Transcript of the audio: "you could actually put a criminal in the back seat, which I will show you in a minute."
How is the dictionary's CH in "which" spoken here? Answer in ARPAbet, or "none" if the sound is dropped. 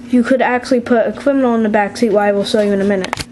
none